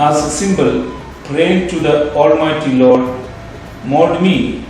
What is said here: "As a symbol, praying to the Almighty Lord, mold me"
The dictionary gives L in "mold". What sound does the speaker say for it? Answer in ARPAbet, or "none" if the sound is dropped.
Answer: none